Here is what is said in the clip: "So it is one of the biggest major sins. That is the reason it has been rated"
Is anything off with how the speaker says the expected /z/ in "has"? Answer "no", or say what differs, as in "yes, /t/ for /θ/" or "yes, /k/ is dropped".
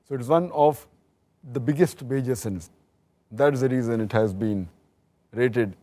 no